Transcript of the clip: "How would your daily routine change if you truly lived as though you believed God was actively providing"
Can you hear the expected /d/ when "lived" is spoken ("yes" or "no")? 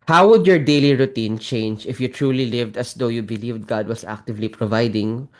yes